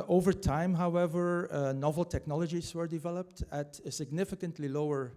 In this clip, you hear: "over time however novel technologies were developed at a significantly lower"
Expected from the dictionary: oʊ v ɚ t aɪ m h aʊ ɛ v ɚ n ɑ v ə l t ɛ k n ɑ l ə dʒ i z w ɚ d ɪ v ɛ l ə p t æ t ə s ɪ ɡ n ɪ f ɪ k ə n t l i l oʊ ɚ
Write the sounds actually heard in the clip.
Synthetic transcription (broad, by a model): oʊ v ɚ t aɪ m h aʊ ɛ v ɚ n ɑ v l t ɛ k n ɑ l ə dʒ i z w ɚ d ɪ v ɛ l ə p t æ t ə s ɪ ɡ n ɪ f ɪ k ə n t l i l oʊ ɚ